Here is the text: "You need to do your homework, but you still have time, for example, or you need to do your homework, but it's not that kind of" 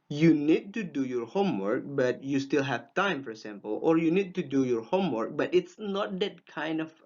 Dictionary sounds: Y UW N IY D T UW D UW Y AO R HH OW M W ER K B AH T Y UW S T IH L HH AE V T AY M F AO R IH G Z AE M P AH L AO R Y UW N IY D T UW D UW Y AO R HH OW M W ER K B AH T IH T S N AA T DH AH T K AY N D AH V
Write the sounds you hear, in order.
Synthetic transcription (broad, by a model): Y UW N IY D T UW D UW Y AO R HH OW M W ER K B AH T Y UW S T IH L HH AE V T AY M F AO R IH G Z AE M P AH L AO R Y UW N IY D T UW D UW Y AO R HH OW M W ER K B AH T IH T S N AA T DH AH T K AY N D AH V